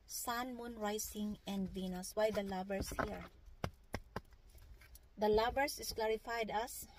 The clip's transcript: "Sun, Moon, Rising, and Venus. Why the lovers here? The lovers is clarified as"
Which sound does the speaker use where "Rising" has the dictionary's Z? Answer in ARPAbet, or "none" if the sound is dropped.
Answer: S